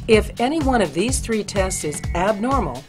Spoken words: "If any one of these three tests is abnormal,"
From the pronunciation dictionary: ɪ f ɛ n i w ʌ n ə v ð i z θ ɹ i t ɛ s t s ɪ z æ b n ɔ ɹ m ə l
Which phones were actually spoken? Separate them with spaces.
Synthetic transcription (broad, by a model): ɪ f ɛ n i w ʌ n ə v ð i z θ ɹ i t ɛ s t s ɪ z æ b n ɔ ɹ m l